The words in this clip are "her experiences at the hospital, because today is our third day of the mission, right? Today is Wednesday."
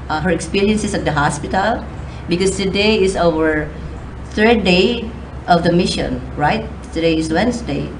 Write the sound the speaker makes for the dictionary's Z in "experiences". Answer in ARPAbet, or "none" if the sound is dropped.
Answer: S